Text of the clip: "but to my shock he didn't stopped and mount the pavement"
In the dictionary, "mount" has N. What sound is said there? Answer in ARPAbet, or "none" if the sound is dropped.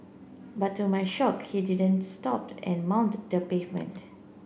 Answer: N